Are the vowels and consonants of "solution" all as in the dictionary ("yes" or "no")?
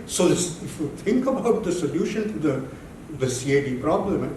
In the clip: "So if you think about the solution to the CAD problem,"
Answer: yes